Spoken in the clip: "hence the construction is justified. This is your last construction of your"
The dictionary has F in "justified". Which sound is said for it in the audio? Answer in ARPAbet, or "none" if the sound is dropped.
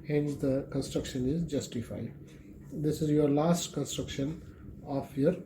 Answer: F